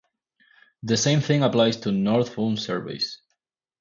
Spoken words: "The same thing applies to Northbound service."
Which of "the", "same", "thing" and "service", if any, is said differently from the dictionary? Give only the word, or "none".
none